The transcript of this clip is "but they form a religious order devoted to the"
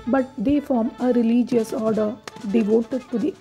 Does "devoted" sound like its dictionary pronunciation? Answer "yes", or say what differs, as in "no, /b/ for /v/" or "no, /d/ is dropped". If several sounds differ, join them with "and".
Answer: yes